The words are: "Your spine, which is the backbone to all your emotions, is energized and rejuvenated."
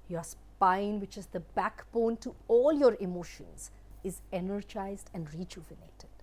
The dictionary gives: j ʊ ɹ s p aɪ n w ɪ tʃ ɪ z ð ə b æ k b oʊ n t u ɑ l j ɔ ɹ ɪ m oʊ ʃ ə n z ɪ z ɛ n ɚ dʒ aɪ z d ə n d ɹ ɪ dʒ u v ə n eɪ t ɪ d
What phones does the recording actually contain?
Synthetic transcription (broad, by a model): j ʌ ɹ s p aɪ n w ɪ tʃ ɪ z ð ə b æ k b oʊ n t u ɑ l j ɔ ɹ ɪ m oʊ ʃ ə n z ɪ z ɛ n ɚ dʒ aɪ z d ə n d ɹ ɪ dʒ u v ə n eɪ t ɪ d